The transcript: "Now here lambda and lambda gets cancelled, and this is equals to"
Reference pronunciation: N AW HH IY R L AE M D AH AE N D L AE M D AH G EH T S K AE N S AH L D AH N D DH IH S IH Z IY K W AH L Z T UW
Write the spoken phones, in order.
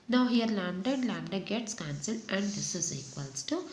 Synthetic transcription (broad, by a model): N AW HH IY R L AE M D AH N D L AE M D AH G EH T S K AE N S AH L AH N D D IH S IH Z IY K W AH L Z T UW